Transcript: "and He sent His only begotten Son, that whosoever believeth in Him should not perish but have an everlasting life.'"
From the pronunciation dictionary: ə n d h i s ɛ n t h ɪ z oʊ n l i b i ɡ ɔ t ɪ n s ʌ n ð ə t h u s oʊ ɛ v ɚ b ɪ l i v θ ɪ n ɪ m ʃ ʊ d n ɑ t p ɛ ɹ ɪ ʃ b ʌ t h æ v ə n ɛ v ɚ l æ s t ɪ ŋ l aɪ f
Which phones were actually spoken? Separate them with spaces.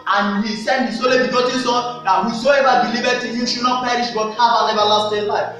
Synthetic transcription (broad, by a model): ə n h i s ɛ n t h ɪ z oʊ l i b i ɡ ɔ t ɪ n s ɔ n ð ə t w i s oʊ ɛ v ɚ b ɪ l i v t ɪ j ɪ ʃ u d n ɑ t p ɛ ɹ ɪ ʃ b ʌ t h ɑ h ə n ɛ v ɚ l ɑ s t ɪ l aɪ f